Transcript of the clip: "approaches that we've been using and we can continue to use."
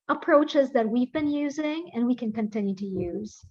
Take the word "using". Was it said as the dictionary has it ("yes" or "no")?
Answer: yes